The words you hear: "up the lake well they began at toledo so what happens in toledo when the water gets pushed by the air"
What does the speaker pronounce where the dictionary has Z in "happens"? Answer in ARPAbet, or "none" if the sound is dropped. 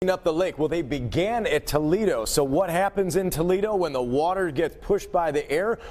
Z